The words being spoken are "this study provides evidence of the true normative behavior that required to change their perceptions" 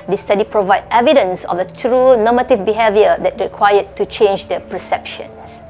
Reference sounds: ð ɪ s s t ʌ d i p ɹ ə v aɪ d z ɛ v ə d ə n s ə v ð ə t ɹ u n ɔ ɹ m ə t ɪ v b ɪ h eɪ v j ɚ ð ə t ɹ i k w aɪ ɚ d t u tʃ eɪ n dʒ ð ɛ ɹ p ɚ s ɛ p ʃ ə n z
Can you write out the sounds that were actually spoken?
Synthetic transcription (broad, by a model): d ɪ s s t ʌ d i p ɹ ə v aɪ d ɛ v ə d ə n s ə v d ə t ɹ u n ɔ m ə t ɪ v b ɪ h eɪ v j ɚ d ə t ɹ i k w aɪ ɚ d t u tʃ eɪ n dʒ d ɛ p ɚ s ɛ p ʃ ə n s